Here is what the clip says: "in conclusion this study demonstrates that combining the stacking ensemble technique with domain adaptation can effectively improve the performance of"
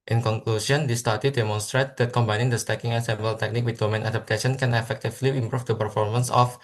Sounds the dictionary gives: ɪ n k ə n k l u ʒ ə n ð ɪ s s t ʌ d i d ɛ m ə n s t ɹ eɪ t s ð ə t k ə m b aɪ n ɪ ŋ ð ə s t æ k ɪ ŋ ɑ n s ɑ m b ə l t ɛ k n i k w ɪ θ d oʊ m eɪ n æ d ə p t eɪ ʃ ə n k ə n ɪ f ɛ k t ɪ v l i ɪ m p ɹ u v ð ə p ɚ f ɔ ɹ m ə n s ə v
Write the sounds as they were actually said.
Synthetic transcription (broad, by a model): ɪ n k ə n k l u s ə n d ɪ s s t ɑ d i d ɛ m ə n s t ɹ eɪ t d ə t k ə m b aɪ n ɪ ŋ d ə s t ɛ k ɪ ŋ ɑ s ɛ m b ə l t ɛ k n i k w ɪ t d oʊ m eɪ n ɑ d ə p t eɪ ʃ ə n k ə n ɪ f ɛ k t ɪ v l i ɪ m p ɹ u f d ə p ɚ f ɔ ɹ m ə n s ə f